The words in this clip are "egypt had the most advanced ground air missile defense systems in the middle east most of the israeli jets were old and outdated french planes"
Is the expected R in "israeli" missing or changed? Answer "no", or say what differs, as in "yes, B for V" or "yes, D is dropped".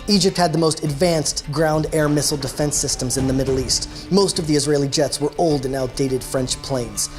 no